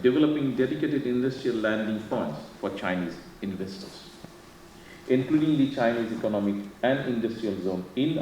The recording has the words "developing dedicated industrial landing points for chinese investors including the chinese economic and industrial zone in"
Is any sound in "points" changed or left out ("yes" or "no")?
yes